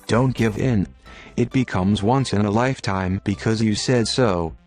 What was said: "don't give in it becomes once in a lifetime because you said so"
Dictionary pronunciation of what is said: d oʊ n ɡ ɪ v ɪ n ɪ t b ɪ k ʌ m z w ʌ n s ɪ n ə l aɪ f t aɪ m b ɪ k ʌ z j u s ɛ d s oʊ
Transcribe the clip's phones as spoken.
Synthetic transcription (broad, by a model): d oʊ n ɡ ɪ v ɪ n ɪ t b ɪ k ʌ m z w ʌ n s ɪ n ə l aɪ f t aɪ m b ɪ k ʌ z j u s ɛ d s oʊ